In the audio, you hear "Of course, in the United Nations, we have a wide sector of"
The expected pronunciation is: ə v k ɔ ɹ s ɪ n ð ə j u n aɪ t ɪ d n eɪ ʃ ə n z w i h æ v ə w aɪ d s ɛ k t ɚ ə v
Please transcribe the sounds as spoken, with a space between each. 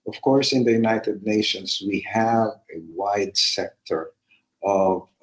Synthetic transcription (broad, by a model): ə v k ɔ ɹ s ɪ n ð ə j u n aɪ t ɪ d n eɪ ʃ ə n s w i h æ v ə w aɪ d s ɛ k t ɚ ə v